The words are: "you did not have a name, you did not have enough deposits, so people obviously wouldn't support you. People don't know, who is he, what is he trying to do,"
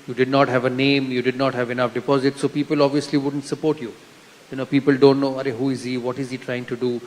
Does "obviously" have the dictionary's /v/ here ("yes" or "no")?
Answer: yes